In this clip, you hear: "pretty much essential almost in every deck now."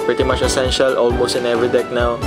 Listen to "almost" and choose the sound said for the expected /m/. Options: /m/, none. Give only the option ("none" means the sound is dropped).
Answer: /m/